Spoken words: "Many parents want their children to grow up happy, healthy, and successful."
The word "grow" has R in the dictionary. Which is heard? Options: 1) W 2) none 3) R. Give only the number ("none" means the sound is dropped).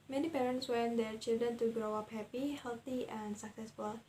3